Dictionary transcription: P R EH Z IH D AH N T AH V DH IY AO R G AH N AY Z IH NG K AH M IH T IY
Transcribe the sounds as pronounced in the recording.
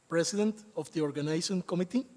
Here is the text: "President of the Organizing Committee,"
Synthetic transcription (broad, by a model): P R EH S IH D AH N T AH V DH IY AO R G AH N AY S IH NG K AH M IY T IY